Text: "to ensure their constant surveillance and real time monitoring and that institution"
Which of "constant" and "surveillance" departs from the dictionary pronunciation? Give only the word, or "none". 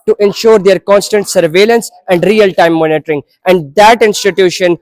none